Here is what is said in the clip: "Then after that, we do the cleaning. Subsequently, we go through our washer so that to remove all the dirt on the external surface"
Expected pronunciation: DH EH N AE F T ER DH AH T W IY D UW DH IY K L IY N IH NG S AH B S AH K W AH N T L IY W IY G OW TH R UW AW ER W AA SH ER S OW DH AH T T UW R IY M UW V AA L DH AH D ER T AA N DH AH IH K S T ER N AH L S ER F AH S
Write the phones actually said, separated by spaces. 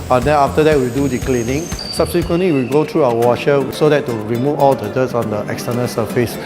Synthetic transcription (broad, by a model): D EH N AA F T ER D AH T W IY D UW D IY K L IY N IH NG S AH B S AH K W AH N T L IY W IY G OW T R UW AW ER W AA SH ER S OW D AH T T UW R IY M UW V AA L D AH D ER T AA N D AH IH K S T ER N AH L S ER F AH S